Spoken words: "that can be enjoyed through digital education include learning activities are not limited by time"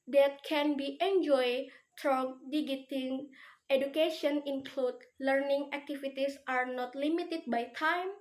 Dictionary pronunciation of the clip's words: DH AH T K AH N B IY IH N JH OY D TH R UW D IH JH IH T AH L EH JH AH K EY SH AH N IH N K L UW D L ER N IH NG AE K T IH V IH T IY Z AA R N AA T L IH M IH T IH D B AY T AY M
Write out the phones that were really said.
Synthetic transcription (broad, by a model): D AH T K AH N B IY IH N JH OY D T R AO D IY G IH T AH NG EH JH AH K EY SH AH N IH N K L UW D L ER N IH NG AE K T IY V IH T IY S AA R N AA T L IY M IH T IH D B AY T AY M